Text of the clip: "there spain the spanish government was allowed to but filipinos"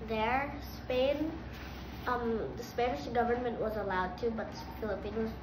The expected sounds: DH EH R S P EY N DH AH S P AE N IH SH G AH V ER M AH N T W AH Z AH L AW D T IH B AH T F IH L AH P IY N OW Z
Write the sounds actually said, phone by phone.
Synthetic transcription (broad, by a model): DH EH R S P EY N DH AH S P AE N IH SH G AH V ER M AH N T W AH Z AH L AW D T IH B AH T F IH L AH P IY N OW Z